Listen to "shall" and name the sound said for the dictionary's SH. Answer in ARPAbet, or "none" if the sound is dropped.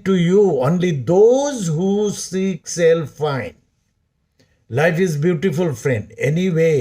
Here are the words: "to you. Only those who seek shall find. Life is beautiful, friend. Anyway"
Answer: S